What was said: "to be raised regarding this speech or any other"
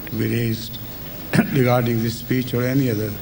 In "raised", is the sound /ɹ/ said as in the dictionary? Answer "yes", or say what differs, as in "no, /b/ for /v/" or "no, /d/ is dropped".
yes